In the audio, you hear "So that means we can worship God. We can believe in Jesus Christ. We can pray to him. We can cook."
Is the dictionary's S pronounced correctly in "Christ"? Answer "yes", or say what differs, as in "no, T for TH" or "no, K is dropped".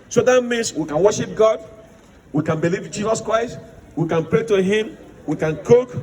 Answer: yes